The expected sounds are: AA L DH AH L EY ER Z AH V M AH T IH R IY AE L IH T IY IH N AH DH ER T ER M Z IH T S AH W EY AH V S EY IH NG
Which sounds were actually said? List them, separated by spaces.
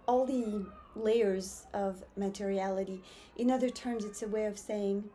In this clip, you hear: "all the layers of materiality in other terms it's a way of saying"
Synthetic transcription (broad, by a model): AA L DH AH L EY ER Z AH V M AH T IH R IY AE L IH T IY IH N AH DH ER T ER M Z IH T S AH W EY AH V S EY IH NG